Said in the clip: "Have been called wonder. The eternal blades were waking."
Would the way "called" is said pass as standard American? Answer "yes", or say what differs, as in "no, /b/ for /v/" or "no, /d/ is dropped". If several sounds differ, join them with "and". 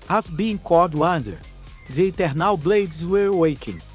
no, /l/ is dropped